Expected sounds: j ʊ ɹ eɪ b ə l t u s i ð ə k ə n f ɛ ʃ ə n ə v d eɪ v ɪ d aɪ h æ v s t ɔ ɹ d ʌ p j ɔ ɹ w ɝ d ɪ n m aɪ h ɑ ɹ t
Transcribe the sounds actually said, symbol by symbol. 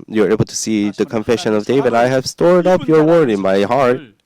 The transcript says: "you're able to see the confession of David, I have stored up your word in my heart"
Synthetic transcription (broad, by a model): j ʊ ɹ eɪ b ə l t u s i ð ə k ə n f ɛ ʃ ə n ə v d eɪ v ɪ d aɪ h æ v s t ɔ ɹ d ʌ p j ɔ ɹ w ɝ d ɪ n m aɪ h ɑ ɹ t